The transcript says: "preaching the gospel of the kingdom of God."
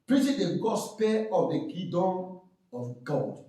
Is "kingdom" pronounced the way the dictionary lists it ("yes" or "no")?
no